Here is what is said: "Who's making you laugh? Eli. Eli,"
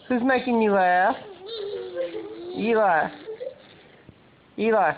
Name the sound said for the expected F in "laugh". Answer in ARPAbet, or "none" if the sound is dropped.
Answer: none